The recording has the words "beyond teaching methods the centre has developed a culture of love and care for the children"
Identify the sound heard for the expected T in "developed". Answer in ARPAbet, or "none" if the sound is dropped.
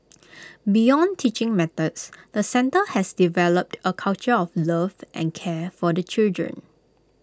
T